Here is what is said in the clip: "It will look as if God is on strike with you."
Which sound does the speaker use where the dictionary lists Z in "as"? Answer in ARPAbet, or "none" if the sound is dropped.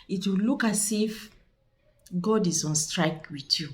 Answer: S